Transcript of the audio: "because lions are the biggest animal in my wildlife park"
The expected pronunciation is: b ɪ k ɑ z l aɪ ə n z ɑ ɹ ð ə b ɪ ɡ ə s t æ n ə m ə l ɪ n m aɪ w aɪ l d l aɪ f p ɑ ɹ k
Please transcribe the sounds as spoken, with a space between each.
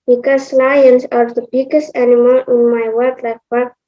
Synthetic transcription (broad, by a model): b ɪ k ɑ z l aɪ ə n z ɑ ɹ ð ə b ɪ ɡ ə s t æ n ə m ə l ɪ n m aɪ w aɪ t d l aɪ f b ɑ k